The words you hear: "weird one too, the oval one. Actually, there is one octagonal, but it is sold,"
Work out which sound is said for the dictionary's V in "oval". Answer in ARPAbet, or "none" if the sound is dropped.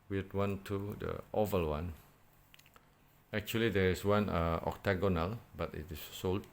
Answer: V